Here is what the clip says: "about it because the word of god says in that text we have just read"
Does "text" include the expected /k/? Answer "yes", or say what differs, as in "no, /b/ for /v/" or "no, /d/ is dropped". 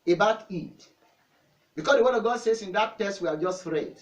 no, /k/ is dropped